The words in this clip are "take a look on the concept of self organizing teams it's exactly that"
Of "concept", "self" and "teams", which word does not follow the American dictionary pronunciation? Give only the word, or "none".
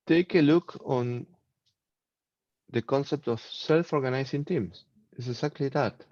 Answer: teams